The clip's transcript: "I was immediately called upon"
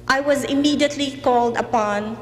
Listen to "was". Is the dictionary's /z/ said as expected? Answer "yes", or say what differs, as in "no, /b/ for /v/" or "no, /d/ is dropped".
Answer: yes